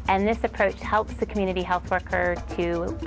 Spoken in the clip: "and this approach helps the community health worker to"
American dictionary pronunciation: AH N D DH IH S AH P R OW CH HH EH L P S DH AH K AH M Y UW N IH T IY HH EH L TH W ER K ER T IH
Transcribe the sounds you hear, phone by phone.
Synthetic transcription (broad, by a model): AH N DH IH S AH P R OW CH HH EH L P S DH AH K M Y UW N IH T IY HH EH L TH W ER K ER T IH